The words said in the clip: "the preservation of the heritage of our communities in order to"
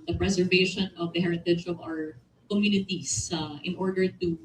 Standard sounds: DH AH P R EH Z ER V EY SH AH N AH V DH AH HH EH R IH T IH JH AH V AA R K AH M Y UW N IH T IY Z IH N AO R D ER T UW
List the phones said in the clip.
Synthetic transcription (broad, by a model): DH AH P R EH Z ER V EY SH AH N AH V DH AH HH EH R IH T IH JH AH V AA R K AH M Y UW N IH T IY S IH N AO R D ER T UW